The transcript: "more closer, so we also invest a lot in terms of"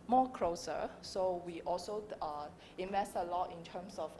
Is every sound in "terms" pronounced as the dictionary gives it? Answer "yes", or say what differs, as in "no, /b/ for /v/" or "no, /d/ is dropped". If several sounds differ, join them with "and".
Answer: no, /s/ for /z/